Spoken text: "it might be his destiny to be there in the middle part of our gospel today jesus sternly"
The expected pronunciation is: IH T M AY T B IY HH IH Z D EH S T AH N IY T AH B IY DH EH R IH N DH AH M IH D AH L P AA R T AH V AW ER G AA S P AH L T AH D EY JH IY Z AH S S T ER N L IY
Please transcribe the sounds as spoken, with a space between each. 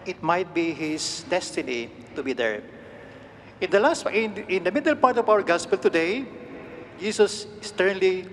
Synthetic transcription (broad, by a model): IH T M AY T B IY HH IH S D EH S T AH N IY T AH B IY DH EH R IH N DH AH M IH D AH L P AA R T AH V AW ER G AA S P AH L T AH D EY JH IY S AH S S T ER N L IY